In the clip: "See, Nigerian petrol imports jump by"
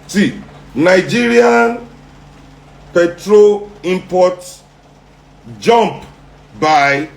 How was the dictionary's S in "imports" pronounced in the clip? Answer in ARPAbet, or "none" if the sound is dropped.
none